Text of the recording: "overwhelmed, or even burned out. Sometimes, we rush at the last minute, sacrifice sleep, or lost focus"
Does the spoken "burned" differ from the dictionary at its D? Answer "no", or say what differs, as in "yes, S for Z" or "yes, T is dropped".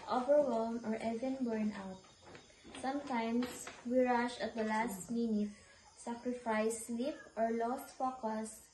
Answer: yes, D is dropped